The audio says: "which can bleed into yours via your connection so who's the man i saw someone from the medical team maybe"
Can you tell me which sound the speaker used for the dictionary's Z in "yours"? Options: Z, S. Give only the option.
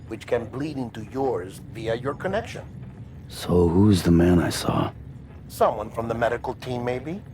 Z